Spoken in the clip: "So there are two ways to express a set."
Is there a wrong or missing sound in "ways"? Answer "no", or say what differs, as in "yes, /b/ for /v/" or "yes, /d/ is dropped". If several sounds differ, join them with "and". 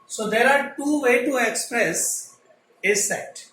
yes, /z/ is dropped